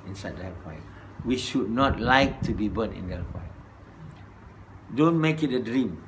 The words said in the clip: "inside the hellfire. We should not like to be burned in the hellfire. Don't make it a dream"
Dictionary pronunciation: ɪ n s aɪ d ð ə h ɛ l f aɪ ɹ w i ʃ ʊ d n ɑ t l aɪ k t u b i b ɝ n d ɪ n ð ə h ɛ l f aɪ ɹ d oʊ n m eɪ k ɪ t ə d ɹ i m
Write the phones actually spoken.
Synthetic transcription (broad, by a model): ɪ n s aɪ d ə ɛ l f aɪ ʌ w i ʃ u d n ɑ t l aɪ k t u b i b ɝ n ɪ n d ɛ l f aɪ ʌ d oʊ n m eɪ k ɪ t ə d ɹ i m